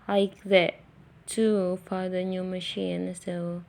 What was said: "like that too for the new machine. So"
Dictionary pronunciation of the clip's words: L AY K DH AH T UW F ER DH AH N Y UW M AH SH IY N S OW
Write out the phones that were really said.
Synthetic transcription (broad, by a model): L AY K DH AH T UW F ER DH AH N Y UW M AH SH IY N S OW